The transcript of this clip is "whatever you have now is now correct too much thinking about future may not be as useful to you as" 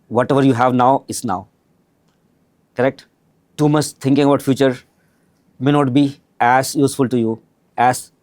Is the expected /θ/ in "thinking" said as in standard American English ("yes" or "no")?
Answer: no